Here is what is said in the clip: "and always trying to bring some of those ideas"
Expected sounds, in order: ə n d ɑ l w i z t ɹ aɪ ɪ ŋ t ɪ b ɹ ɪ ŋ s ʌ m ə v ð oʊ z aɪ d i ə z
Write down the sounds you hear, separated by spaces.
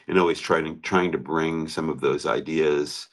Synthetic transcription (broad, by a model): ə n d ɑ l w i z t ɹ aɪ ɪ ŋ t ɪ b ɹ ɪ ŋ s ʌ m ə v ð oʊ z aɪ d i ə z